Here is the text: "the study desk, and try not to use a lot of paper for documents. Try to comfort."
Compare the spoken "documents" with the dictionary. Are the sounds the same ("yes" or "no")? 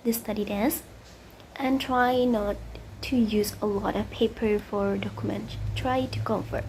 no